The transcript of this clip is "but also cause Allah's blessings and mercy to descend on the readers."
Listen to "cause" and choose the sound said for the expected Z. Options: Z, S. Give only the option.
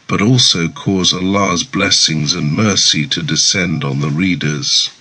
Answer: Z